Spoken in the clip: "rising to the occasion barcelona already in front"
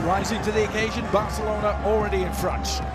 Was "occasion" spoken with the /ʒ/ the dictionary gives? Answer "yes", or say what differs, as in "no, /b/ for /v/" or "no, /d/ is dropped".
yes